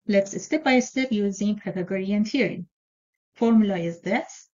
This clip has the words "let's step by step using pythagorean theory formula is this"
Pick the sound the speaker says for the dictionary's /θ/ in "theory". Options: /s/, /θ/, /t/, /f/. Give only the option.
/t/